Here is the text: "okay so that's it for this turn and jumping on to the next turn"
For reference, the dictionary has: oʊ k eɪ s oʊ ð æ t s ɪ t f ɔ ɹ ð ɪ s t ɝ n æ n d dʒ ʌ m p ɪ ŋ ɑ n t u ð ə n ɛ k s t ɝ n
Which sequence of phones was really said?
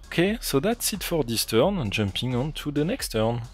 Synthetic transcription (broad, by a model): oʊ k eɪ s oʊ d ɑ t s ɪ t f ɔ ɹ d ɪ s t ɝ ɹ n dʒ ʌ m p ɪ ŋ ɑ n t u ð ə n ɛ k s t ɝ n